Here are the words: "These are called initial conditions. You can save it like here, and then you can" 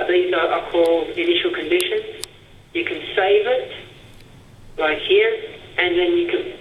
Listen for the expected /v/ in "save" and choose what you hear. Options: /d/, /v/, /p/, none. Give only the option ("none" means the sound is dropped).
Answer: /v/